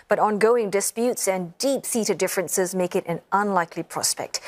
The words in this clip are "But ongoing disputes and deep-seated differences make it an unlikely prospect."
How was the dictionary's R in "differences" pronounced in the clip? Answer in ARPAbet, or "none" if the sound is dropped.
R